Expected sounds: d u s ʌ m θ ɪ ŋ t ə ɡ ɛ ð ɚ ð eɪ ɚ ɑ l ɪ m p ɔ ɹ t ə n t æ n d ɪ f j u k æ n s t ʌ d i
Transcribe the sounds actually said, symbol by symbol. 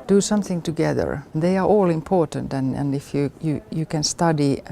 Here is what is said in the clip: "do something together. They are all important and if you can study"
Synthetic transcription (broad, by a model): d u s ʌ m θ ɪ ŋ t ə ɡ ɛ ð ɚ ð eɪ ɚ ɑ l ɪ m p ɔ ɹ t ə n t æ n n ɪ f j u k æ n s t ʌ d i